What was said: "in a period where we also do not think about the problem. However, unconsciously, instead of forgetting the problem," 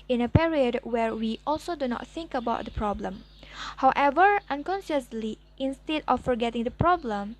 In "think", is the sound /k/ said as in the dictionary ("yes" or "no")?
yes